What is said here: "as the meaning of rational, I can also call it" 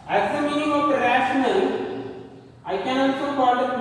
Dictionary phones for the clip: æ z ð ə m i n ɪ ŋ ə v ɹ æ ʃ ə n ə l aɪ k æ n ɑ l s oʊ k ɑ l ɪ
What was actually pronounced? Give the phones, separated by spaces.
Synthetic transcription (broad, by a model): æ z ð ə m i n ɪ ŋ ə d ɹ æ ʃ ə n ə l aɪ k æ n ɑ s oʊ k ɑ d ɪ